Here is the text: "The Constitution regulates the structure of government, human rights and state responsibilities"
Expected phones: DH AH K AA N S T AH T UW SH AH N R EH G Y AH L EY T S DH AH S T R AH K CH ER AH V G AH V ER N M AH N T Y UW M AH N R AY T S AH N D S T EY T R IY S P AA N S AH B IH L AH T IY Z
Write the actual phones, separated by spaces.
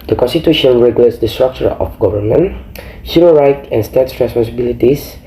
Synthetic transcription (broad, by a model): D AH K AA N S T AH T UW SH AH N R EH G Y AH L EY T S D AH S T R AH K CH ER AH F G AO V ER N M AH N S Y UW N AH R AY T AH N S T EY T R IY S P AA N S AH B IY L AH T IY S